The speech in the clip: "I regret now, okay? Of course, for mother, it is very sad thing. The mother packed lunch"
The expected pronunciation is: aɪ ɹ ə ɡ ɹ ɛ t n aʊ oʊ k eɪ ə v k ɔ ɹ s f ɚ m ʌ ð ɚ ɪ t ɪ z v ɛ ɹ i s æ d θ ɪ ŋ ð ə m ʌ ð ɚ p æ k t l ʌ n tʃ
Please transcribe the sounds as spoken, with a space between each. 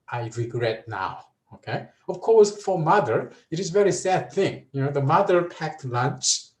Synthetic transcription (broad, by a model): aɪ ɹ ə ɡ ɹ ɛ t n aʊ oʊ k eɪ ə v k ɔ ɹ s f ɚ m ʌ ð ɚ ɪ t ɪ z v ɛ ɹ i s æ d θ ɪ ŋ ð ə m ʌ ð ɚ p æ k t l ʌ n tʃ